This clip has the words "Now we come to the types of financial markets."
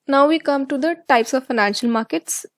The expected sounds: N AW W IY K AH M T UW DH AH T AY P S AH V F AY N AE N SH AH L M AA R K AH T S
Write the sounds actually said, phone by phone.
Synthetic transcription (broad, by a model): N AW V IY K AH M T UW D AH T AY P S AH V F AY N AE N SH AH L M AA R K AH T S